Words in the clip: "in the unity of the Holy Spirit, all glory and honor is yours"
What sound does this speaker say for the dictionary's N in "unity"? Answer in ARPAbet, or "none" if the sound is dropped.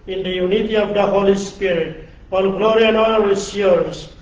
N